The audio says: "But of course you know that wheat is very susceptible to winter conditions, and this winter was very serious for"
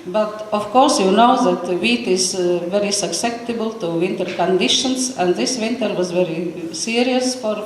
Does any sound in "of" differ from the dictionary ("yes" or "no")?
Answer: yes